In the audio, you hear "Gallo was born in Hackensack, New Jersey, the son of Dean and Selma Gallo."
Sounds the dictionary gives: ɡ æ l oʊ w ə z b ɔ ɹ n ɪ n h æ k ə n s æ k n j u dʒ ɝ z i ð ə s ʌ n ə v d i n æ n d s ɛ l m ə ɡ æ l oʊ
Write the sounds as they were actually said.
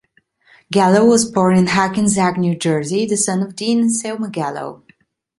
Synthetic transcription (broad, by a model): ɡ æ l oʊ w ə z b ɔ ɹ n ɪ n h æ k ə n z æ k n j u dʒ ɝ z i ð ə s ʌ n ə v d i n n s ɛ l m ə ɡ æ l oʊ